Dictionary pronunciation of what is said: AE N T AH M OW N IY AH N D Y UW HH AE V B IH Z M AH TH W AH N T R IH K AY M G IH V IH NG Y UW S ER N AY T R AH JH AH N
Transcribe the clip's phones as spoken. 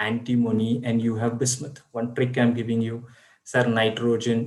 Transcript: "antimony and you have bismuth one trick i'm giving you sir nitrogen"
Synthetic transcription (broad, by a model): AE N T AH M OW N IY AH N D Y UW HH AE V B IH S M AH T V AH N T R IH K AY M G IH V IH NG Y UW S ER N AY T R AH JH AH N